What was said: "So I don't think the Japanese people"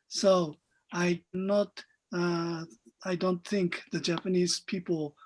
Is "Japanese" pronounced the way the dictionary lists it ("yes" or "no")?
yes